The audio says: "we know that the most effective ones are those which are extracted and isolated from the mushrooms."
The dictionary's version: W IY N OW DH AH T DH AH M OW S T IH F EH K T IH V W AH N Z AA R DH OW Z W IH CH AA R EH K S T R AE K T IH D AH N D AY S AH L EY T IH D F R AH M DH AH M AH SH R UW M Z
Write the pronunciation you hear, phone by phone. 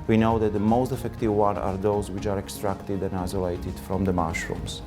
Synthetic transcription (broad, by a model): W IY N OW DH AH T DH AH M OW S T IH F EH K T IH V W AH N AA R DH OW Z W IH CH AA R EH K S T R AE K T IH D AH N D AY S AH L EY T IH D F R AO M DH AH M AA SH R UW M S